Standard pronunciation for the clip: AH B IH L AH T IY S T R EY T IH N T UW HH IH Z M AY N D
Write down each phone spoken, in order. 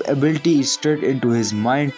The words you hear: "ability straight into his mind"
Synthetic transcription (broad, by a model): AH B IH L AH T IY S T EY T IH N T UW HH IH Z M AY N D